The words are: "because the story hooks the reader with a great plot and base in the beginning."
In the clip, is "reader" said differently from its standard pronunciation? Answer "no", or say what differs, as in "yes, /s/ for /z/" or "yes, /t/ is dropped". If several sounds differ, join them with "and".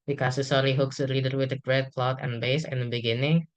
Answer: yes, /l/ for /ɹ/